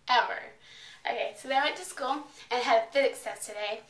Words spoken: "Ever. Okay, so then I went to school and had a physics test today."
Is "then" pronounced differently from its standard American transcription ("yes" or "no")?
yes